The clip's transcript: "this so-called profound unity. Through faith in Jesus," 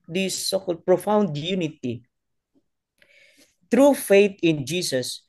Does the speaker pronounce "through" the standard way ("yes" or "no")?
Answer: no